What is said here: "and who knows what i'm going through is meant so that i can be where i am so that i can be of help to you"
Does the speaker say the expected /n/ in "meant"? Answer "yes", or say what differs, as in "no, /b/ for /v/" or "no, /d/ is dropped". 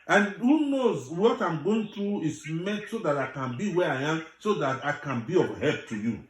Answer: no, /n/ is dropped